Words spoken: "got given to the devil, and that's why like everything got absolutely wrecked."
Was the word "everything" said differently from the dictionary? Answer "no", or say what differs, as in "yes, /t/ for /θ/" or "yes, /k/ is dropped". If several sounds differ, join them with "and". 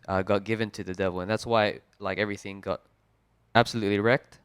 no